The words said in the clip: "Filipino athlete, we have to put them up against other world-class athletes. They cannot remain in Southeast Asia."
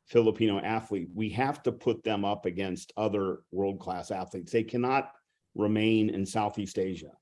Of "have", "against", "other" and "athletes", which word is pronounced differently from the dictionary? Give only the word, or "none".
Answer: have